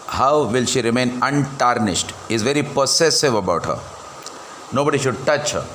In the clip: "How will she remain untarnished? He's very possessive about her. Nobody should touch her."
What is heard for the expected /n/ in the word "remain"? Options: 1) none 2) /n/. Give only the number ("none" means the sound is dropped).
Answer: 2